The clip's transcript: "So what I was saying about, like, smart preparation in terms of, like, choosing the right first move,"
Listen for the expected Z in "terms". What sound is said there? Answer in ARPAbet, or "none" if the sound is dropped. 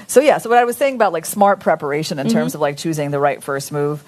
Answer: Z